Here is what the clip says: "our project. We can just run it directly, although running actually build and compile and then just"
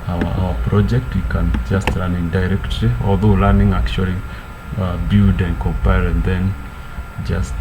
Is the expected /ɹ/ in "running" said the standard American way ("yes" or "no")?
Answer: no